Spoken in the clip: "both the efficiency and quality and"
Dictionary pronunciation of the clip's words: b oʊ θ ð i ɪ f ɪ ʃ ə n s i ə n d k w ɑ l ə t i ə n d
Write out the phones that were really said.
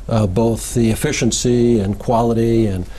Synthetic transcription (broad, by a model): b oʊ θ ð i ɪ f ɪ ʃ ə n s i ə n k w ɑ l ə t i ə n